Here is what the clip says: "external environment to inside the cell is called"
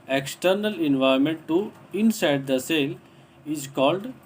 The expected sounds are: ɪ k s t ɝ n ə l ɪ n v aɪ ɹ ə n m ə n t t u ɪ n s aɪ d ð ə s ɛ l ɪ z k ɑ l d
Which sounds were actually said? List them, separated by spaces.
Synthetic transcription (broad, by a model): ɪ k s t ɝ n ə l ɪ n v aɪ ə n m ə n t t u ɪ n s aɪ d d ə s ɛ l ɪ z k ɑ l d